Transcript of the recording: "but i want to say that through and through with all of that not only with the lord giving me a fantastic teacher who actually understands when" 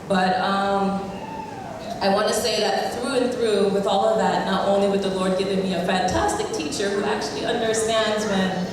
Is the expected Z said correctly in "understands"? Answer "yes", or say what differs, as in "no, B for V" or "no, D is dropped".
yes